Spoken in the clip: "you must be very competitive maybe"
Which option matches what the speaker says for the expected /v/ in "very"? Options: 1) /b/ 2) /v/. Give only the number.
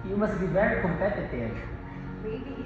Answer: 1